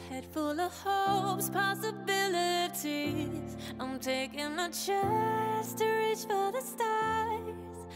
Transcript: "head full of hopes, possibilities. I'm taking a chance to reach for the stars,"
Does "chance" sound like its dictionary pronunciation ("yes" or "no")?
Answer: no